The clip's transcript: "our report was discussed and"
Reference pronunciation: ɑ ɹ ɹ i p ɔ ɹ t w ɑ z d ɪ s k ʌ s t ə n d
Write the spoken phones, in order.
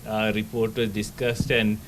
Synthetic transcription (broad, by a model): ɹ ɹ i p ɔ ɹ t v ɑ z d ɪ s k ʌ s t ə n d